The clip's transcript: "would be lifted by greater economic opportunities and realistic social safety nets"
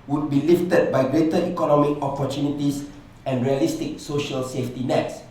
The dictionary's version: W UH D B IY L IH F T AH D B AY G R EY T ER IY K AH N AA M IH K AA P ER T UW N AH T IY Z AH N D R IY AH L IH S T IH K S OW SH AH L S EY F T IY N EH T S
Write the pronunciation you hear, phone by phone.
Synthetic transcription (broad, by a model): W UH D B IY L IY F T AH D B AY G R EY T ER IY K AH N AA M IH K AA P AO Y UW N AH T IY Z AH N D R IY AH L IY S T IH K S OW SH AH L S EY F T IY N EH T S